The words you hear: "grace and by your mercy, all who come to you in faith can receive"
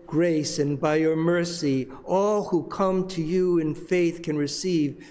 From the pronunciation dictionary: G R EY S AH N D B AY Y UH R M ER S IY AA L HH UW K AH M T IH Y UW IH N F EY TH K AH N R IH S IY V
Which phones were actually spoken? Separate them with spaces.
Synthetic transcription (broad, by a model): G R EY S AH N B AY Y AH R M ER S IY AA L HH UW K AH M T IH Y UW IH N F EY TH K AH N R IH S IY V